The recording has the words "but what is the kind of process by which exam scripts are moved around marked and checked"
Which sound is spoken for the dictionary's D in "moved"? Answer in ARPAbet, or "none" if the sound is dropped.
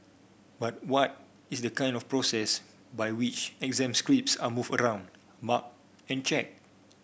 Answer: none